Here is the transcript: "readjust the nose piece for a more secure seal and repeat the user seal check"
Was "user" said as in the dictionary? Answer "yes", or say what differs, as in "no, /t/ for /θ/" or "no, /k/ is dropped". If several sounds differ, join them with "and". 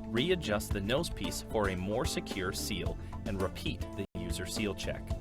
yes